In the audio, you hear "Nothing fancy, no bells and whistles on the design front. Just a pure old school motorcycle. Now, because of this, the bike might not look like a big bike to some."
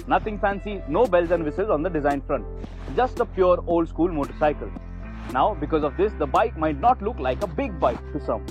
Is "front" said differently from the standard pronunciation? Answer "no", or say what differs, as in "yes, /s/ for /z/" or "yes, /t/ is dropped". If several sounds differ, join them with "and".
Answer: no